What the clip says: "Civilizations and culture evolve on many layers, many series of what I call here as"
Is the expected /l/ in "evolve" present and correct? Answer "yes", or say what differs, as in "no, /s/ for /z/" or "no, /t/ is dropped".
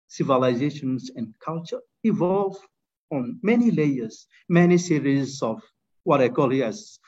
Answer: yes